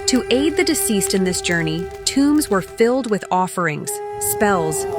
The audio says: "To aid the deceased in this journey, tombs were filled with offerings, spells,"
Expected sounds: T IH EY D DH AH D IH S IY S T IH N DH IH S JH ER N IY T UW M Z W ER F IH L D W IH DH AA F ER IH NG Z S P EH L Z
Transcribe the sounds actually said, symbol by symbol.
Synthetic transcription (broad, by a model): T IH EY D DH AH D IH S IY S T IH N DH IH S JH ER N IY T UW M Z W ER F IH L D W IH DH AA F ER IH NG Z S P EH L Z